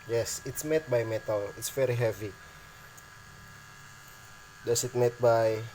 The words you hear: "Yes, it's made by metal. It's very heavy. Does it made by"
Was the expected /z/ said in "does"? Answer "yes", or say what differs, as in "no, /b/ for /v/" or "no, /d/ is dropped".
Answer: no, /s/ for /z/